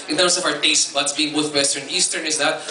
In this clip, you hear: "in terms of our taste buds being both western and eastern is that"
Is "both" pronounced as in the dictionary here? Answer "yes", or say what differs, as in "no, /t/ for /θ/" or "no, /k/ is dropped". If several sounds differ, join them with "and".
no, /t/ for /θ/